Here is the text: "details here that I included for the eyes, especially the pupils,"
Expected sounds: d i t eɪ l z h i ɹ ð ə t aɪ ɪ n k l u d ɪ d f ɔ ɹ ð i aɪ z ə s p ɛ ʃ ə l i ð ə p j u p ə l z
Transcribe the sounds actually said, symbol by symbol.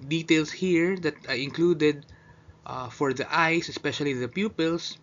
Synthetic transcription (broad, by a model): d i t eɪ l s h i ɹ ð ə t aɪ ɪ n k l u d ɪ d f ɔ ɹ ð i aɪ s ə s p ɛ ʃ ə l i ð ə p j u p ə l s